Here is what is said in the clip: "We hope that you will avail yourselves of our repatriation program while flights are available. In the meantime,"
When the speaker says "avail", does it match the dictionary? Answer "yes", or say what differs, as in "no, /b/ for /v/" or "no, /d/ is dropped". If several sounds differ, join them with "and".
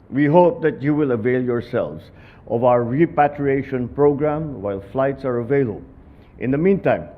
yes